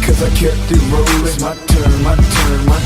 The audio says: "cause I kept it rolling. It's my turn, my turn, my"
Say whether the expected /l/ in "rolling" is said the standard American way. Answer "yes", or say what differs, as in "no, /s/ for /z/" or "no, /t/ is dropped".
no, /l/ is dropped